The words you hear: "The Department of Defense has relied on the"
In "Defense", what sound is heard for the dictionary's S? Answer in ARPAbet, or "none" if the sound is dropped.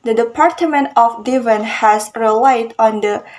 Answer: none